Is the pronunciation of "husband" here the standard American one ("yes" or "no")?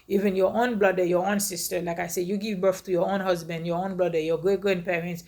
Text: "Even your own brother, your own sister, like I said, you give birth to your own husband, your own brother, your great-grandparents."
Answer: yes